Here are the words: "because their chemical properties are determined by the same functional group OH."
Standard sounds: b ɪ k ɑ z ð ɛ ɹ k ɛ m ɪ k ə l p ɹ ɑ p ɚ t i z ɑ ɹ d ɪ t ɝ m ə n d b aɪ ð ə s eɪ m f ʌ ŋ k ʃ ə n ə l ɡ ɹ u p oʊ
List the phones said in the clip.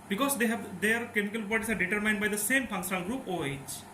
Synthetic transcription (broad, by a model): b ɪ k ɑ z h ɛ ɹ k ɛ m ɪ k ə l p ɑ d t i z ɑ ɹ d ɪ t ɝ m ə n d b aɪ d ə s eɪ m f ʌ ŋ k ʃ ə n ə l ɡ ɹ u p oʊ